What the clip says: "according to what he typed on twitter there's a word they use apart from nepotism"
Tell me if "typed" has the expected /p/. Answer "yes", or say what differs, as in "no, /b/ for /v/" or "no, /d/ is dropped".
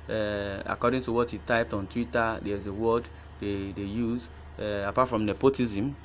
yes